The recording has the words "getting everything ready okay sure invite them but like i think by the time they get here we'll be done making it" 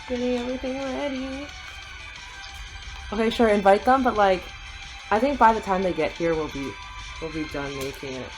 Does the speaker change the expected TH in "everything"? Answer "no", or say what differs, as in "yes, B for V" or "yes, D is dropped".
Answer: no